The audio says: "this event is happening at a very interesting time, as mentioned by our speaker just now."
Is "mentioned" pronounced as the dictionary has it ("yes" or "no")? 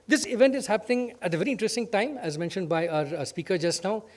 yes